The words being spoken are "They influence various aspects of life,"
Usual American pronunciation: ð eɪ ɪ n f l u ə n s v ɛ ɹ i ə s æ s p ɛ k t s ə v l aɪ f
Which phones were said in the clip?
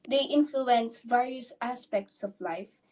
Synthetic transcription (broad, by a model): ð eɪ ɪ n f l u ə n s v ɛ ɹ i ə s æ s p ɛ k t s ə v l aɪ f